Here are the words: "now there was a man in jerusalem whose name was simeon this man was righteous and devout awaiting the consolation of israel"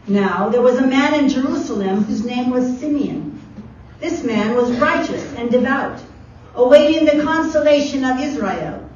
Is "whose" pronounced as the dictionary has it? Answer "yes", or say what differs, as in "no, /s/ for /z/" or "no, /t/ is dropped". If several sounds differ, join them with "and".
yes